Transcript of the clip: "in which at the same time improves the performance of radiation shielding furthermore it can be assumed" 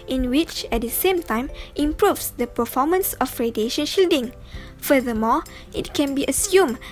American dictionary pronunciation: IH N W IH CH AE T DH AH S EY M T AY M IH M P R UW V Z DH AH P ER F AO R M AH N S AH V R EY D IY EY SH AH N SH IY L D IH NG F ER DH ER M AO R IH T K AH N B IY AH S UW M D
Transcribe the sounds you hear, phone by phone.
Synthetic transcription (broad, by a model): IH N W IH CH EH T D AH S EY M T AY M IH M P R UW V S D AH P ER F AO M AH N S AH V R EY D IY EY SH AH N SH IY L D IH NG F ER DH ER M AO IH T K AH N B IY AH S UW M